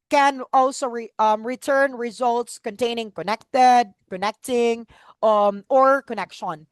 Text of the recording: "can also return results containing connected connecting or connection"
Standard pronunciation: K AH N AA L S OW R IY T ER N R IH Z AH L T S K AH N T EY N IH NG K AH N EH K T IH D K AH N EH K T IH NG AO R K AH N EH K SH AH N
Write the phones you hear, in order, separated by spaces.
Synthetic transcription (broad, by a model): K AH N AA L S OW R IY T ER N R IH Z AH L T S K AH N T EY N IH NG K AH N EH K T IH D K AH N EH K T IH NG AO R K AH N EH K SH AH N